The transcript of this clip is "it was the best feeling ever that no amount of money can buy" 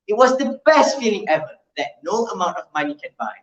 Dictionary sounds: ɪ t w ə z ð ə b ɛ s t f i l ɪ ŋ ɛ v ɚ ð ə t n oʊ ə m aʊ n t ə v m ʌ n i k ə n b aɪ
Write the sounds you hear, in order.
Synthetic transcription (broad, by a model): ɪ t w ə z ð ə b ɛ s t f i l ɪ ŋ ɛ v ɚ ð ə t n oʊ ə m aʊ n t ə v m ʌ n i k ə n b aɪ